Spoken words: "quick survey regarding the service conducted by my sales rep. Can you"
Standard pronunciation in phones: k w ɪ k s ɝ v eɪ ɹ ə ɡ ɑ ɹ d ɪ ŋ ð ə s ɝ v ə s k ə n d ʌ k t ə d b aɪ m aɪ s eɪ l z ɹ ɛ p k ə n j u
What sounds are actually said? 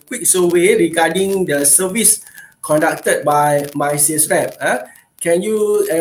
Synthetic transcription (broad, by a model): k w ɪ k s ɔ w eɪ ɹ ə ɡ ɑ d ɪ ŋ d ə s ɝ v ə s k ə n d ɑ k t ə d b aɪ m aɪ s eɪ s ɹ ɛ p k ə n j u